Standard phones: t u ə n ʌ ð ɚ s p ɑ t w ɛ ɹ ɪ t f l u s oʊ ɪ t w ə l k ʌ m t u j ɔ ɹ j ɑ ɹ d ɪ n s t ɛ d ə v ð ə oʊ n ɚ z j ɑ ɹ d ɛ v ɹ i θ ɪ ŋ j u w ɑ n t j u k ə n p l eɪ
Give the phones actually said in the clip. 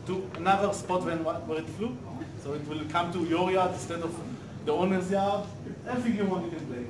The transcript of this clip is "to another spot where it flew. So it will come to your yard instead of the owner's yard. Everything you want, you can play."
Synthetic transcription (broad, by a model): t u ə n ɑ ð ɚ s p ɑ t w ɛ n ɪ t f l u s oʊ ɪ t w ə l k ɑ m t u j ɔ ɹ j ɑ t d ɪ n s t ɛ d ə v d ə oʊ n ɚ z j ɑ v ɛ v i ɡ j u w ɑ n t j u k ə n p l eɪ